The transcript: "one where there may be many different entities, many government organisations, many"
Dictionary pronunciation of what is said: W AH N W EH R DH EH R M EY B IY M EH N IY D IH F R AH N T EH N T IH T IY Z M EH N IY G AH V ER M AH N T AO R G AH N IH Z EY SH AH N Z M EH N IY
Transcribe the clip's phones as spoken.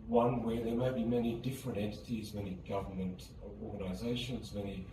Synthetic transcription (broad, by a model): W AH N W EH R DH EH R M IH B IY M EH N IY D IH F R AH N T EH N T IH T IY Z M EH N IY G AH V ER M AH N T AO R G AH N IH Z EY SH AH N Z M EH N IY